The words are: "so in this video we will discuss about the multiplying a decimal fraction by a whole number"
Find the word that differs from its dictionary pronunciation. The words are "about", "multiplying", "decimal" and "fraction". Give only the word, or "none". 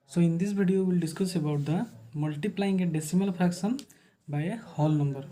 fraction